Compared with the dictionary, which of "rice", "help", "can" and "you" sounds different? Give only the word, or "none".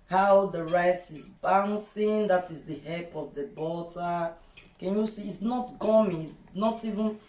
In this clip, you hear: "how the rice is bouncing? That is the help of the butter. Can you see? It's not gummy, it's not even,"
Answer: help